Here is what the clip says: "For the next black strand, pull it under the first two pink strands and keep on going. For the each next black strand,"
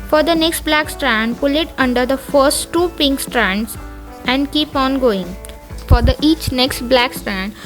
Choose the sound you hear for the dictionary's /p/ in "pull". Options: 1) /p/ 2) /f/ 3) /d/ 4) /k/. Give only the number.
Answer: 1